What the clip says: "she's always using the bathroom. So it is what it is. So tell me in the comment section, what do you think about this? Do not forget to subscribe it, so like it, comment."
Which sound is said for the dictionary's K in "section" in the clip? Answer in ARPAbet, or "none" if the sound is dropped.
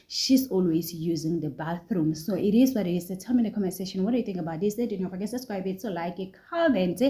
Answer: none